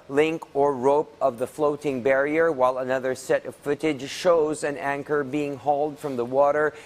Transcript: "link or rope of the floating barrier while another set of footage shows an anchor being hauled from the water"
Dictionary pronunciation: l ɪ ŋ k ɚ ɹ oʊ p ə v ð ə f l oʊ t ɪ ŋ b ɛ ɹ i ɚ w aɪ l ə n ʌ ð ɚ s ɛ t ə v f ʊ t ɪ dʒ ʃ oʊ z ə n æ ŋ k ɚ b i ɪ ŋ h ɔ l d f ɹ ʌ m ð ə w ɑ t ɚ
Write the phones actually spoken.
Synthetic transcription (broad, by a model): l ɪ ŋ k ɚ ɹ oʊ p ə v ð ə f l oʊ t ɪ ŋ b ɛ ɹ i ɚ w aɪ l ə n ʌ ð ɚ s ɛ t ə v f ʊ t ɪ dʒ ʃ oʊ z ə n æ ŋ k ɚ b i ɪ ŋ h ɔ l d f ɹ ʌ m ð ə w ɑ t ɚ